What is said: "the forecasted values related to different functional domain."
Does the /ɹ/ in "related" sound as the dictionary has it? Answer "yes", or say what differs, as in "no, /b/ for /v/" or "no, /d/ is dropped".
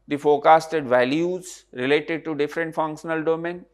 yes